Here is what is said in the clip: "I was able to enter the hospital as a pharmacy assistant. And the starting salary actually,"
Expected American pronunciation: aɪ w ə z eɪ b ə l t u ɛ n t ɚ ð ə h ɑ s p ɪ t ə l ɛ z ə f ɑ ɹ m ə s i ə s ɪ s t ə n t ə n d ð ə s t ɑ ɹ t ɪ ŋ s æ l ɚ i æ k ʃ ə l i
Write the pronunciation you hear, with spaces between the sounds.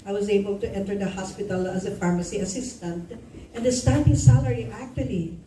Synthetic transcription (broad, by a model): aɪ w ə z eɪ b ə l t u ɛ n t ɚ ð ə h ɑ s p ɪ t ə l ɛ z ə f ɑ ɹ m ə s i ə s ɪ s t ə n t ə n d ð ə s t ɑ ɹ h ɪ s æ l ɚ i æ k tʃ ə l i